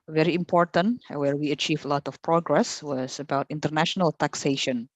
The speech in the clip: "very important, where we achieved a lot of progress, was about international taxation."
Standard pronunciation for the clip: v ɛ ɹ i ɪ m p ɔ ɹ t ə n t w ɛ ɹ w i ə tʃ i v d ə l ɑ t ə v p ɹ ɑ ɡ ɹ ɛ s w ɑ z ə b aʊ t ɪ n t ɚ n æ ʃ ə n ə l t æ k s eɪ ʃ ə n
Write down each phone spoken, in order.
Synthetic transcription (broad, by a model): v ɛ ɹ i ɪ m p ɔ ɹ t ə n t w ɛ ɹ w i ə tʃ i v ə l ɑ t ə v p ɹ ɑ ɡ ɹ ɛ s w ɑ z ə b aʊ t ɪ n t ɚ n æ ʃ ə n ə l t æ k s eɪ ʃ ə n